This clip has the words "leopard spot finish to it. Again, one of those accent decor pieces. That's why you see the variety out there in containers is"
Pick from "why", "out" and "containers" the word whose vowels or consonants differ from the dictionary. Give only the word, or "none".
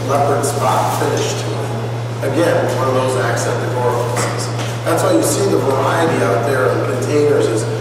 none